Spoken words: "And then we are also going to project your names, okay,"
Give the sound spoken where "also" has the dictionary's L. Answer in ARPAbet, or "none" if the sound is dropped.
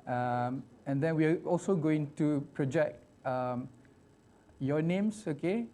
L